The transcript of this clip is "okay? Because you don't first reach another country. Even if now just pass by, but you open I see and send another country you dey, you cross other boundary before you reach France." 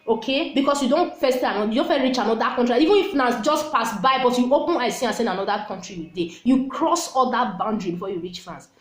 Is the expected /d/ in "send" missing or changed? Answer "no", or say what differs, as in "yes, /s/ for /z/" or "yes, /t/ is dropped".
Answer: yes, /d/ is dropped